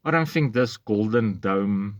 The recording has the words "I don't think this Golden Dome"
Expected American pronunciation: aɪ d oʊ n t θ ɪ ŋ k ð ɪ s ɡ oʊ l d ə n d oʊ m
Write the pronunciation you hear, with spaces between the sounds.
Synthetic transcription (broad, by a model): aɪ d oʊ n t θ ɪ ŋ k ð ɪ s ɡ oʊ l d ə n d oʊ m